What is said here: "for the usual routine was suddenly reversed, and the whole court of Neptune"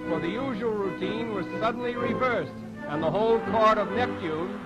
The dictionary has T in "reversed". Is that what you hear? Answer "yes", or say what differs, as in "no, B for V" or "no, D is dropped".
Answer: yes